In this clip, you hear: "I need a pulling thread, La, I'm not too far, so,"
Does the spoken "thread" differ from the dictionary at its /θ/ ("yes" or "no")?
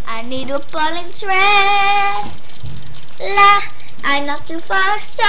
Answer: yes